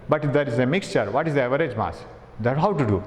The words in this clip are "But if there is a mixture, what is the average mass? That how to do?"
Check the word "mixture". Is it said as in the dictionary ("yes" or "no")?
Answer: yes